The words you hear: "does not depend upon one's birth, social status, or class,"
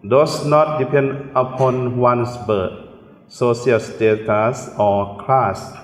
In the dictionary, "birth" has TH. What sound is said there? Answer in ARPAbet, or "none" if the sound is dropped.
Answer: T